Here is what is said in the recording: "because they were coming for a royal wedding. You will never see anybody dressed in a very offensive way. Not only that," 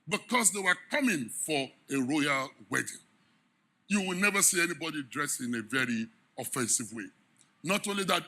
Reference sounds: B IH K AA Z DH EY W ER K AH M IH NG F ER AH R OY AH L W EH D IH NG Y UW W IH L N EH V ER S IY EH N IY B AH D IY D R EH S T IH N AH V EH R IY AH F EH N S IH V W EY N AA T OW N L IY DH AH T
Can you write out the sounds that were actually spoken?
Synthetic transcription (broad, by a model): B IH K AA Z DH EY W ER K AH M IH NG F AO AH R OY AH L W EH D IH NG Y UW W IH L N EH V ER S IY EH N IY B AH D IY D R EH S IH N AH V EH R IY AH F EH N S IH V W EY N AA T OW N L IY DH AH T